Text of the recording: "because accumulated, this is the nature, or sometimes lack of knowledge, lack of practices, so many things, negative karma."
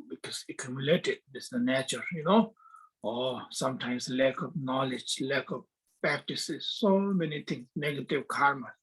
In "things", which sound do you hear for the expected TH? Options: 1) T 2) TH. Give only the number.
1